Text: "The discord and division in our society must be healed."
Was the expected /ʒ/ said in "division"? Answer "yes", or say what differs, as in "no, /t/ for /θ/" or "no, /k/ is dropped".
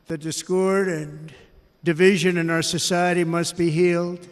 yes